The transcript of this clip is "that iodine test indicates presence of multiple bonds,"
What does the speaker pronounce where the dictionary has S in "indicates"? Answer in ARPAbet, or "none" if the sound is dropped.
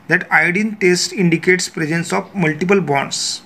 S